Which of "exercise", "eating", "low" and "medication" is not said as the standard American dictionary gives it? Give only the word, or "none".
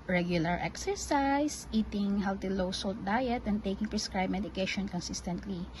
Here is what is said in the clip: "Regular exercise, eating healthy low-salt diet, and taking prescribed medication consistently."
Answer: exercise